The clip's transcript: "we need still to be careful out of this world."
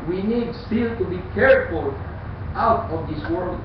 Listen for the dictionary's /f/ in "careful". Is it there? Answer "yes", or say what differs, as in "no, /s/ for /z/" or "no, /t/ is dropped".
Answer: yes